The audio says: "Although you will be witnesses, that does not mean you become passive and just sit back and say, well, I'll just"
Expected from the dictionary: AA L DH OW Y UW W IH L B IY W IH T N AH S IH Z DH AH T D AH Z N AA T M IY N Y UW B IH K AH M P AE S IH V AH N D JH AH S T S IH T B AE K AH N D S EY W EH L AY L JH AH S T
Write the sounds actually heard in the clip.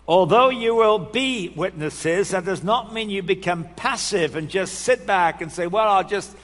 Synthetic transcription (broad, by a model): AA L DH OW Y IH W IH L B IY W IH T N AH S IH Z DH AH T D AH Z N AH T M IY N Y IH B IH K AH M P AE S IH V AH N JH AH S T S IH T B AE K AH N S EY W EH L AY L JH AH S T